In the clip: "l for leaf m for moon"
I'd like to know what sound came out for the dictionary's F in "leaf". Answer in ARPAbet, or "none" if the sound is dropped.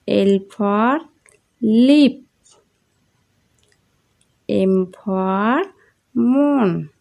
P